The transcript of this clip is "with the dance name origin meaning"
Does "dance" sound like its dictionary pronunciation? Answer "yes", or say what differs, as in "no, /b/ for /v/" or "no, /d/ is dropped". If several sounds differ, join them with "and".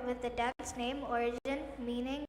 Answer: no, /n/ is dropped